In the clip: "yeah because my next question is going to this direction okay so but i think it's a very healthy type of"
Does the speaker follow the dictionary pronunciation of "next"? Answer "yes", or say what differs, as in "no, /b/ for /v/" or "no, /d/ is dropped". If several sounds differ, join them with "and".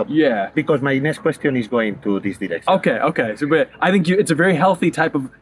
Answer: no, /k/ is dropped